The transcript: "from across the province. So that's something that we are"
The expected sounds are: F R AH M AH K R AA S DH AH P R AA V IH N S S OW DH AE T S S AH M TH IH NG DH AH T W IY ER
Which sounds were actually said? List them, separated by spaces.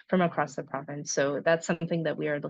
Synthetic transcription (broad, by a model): F R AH M AH K R AA S DH AH P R AA V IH N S S OW DH AE T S S AH M TH IH NG DH AH T W IY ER